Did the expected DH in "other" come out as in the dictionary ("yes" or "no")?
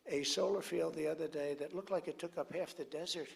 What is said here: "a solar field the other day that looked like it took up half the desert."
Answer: yes